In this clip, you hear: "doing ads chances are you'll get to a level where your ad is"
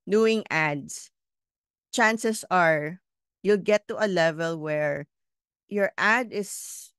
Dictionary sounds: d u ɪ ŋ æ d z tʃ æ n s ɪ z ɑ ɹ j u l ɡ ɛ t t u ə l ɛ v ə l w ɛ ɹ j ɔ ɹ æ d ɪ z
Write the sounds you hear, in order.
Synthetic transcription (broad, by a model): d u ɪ ŋ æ d s tʃ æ n s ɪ s ɑ ɹ j u l ɡ ɛ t t u ə l ɛ v ə l w ɛ ɹ j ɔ ɹ æ d ɪ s